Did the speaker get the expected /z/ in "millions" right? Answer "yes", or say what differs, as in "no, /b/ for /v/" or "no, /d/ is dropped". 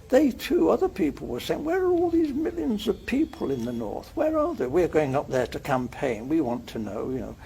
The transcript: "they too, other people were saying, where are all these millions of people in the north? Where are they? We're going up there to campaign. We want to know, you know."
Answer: yes